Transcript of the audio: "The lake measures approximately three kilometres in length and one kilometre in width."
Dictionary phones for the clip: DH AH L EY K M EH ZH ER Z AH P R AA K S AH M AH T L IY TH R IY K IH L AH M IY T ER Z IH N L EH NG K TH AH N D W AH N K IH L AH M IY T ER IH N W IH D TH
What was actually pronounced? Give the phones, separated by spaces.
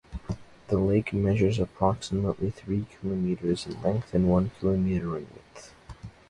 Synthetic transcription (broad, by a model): DH AH L EY K M EH ZH ER Z AH P R AA K S AH M AH T L IY TH R IY K IH L AH M IY T ER Z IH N L EH NG K TH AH N W AH N K IH L AH M IY T ER IH N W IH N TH